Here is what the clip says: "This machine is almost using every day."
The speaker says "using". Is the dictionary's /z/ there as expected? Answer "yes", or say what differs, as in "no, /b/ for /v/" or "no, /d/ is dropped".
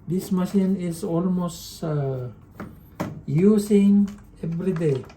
no, /s/ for /z/